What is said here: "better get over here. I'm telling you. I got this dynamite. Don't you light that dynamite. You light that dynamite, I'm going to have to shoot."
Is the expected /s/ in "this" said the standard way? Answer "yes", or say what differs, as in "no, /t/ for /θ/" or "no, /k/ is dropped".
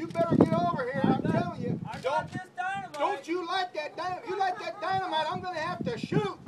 no, /s/ is dropped